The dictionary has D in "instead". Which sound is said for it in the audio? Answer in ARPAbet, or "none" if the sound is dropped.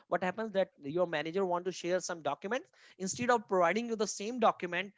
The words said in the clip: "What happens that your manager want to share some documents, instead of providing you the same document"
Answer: D